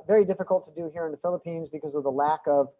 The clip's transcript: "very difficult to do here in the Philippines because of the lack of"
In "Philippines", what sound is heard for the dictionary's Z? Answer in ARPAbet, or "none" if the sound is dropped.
Z